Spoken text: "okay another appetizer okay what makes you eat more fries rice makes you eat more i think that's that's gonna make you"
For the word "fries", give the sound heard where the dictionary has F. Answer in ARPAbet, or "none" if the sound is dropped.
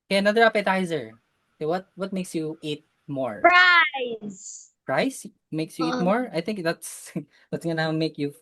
P